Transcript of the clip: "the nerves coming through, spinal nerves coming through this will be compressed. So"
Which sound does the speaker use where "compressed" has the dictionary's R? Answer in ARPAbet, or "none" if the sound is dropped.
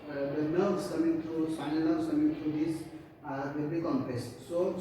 none